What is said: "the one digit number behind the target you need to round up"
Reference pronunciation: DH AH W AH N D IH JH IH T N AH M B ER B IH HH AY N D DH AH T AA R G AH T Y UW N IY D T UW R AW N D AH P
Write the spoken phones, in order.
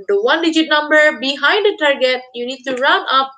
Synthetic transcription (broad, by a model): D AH W AH N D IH JH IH T N AH M B ER B IH HH AY N D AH T AA R G AH T Y UW N IY D T UW R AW N AH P